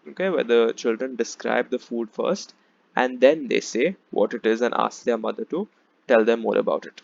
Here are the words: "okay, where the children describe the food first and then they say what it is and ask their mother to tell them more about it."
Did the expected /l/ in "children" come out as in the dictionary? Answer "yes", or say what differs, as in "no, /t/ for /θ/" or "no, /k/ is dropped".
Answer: yes